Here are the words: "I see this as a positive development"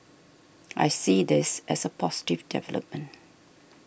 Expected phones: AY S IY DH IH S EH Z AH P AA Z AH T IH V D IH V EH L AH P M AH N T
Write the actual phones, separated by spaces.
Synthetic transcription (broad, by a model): AY S IY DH IH S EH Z AH P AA S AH T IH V D IH V EH L AH P M AH N T